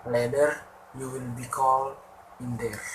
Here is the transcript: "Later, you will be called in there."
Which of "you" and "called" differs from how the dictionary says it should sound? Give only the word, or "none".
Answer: called